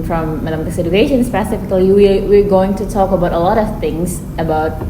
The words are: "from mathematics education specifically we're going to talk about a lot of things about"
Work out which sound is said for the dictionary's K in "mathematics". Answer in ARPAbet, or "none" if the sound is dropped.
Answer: none